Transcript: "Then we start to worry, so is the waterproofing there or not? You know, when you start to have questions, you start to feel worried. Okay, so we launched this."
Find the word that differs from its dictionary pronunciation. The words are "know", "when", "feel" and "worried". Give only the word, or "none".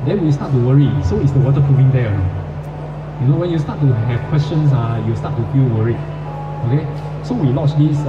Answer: worried